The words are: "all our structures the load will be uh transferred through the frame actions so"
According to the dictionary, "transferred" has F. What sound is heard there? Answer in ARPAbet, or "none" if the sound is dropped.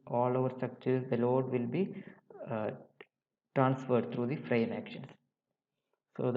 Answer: F